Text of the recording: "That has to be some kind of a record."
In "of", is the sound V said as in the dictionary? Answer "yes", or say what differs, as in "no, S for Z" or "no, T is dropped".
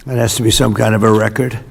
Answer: yes